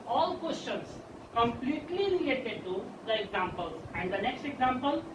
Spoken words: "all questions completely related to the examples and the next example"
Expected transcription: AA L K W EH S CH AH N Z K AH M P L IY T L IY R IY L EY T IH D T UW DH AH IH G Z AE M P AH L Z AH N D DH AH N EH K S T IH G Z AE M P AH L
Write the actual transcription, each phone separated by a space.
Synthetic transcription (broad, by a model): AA L K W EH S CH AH N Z K AH M P L IY T L IY R IY L EY T IH D T UW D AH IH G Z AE M P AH L AH N D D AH N EH K S T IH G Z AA M P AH L